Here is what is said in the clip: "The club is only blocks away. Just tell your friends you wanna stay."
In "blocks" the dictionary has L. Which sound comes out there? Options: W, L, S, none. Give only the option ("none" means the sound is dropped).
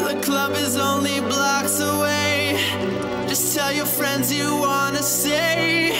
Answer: L